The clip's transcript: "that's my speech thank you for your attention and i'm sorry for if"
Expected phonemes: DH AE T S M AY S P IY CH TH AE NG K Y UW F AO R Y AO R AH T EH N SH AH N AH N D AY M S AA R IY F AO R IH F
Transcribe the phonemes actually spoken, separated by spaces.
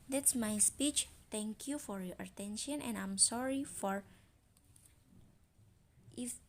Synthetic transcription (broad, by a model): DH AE T S M AY S P IY CH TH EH NG K Y UW F AO R Y AO R AH T EH N SH AH N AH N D AY M S AA R IY F AO R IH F